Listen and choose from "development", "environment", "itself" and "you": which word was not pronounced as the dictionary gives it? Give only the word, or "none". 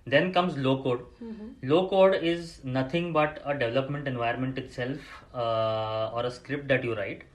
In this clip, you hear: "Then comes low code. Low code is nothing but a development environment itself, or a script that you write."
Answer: environment